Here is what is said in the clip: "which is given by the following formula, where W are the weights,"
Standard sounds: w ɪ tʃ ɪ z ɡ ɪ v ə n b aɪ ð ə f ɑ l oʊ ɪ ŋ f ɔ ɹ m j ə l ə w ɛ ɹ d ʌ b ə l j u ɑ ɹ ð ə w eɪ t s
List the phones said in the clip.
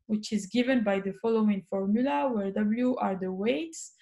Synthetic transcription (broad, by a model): w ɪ tʃ ɪ z ɡ ɪ v ə n b aɪ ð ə f ɑ l oʊ ɪ ŋ f ɔ ɹ m j ə l ə w ɛ ɹ d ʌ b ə l j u ɑ ɹ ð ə w eɪ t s